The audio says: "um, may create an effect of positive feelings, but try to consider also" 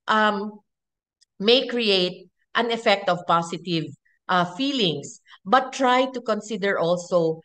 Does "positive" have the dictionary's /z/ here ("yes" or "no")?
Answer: no